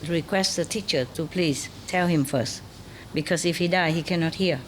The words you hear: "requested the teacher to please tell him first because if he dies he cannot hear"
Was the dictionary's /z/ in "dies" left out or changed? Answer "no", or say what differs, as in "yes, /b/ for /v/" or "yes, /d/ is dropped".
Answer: yes, /z/ is dropped